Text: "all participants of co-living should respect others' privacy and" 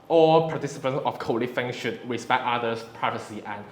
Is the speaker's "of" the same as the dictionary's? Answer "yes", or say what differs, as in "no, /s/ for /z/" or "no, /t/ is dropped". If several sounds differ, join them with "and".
no, /f/ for /v/